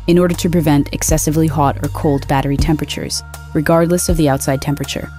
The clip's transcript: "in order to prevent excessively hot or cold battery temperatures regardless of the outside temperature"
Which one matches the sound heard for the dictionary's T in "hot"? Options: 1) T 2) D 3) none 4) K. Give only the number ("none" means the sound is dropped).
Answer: 1